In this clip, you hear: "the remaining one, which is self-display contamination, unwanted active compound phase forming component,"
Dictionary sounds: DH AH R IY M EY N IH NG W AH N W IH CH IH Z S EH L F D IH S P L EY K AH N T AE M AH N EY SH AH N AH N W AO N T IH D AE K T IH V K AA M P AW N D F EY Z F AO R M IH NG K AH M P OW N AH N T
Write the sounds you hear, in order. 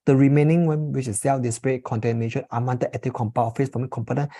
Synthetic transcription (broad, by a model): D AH R IY M EY N IH NG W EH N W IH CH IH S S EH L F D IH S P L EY K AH N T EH M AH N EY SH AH N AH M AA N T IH EH T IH K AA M P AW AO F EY S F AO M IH K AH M P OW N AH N